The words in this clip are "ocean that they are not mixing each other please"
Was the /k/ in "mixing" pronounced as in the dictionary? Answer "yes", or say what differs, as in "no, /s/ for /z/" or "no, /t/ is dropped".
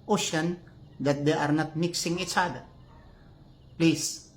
yes